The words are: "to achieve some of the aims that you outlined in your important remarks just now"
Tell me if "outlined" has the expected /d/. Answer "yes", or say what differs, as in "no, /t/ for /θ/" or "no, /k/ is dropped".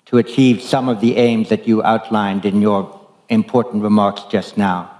yes